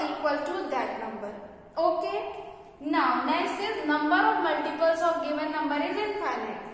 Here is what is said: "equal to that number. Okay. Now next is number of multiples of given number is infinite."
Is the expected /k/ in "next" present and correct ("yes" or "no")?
no